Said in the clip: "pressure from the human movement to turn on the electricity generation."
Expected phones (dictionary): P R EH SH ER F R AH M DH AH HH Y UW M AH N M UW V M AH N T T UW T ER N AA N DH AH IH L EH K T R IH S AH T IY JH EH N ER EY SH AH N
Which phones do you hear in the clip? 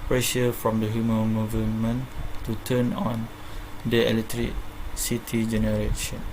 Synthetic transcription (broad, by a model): P R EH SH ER F R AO M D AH HH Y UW M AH M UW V M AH N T T UW T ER N AA N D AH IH L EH T R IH S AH T IY JH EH N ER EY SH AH N